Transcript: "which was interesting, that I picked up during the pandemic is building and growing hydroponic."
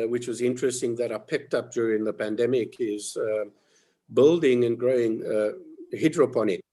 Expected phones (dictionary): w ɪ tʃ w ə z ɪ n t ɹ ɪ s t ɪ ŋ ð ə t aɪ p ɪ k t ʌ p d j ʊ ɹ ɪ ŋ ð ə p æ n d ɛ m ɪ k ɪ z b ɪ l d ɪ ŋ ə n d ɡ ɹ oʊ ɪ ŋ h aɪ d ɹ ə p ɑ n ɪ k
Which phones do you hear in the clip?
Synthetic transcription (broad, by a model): w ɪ tʃ w ə z ɪ n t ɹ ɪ s t ɪ ŋ ð ə t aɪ p ɪ k t ʌ p d j ʊ ɹ ɪ ŋ ð ə p æ n d ɛ m ɪ k ɪ z b ɪ l d ɪ ŋ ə n ɡ ɹ oʊ ɪ ŋ h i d ɹ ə p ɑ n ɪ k